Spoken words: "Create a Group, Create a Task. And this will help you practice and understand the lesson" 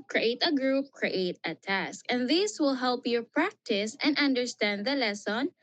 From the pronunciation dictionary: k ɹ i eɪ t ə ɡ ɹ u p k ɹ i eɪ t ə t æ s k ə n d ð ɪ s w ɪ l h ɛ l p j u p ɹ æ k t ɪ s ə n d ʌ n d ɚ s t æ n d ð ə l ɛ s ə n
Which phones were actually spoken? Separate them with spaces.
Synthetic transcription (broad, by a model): k ɹ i eɪ t ə ɡ ɹ u p k ɹ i eɪ t ə t æ s k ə n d ð ɪ s w ɪ l h ɛ l p j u p ɹ æ k t ɪ s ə n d ʌ n d ɚ s t æ n d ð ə l ɛ s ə n